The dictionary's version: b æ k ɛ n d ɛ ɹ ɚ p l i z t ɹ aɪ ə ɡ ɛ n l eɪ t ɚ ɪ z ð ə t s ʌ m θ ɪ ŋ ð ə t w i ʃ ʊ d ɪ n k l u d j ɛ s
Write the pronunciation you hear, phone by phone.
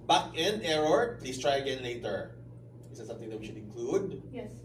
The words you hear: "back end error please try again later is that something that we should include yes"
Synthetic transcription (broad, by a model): b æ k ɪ n ɛ ɹ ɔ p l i s t ɹ aɪ ə ɡ ɛ n l eɪ t ɚ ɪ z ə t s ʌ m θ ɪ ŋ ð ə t w i ʃ ʊ d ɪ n k l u d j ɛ